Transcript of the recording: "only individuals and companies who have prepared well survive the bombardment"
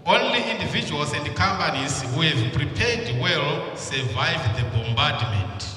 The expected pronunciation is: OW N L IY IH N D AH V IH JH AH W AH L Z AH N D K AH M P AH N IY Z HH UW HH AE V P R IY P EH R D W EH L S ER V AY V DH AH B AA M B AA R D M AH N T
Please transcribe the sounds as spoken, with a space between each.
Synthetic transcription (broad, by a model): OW N L IY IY N D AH V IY JH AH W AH L S AH N D K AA M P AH N IY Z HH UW HH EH V P R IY P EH D W EH L S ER V AY V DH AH B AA M B AA D M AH N T